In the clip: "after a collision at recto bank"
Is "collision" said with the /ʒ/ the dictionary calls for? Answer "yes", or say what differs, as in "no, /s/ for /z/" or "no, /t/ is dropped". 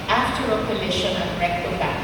no, /ʃ/ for /ʒ/